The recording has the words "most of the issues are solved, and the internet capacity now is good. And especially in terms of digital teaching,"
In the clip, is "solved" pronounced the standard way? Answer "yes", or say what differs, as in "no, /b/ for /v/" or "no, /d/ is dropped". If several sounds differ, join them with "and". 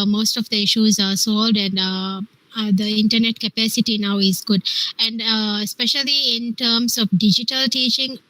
no, /v/ is dropped